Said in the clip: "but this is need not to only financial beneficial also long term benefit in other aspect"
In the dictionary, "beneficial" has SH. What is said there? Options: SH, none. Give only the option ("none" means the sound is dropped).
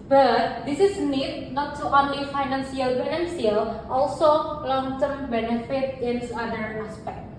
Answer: none